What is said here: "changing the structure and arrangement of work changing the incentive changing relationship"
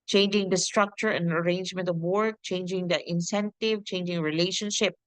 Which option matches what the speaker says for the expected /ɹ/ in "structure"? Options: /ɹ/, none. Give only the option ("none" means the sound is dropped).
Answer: /ɹ/